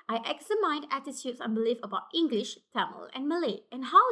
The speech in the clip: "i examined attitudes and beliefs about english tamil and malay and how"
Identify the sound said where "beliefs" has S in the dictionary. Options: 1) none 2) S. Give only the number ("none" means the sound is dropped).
1